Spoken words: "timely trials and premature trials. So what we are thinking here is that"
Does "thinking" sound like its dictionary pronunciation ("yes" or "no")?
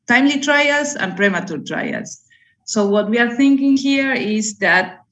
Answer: yes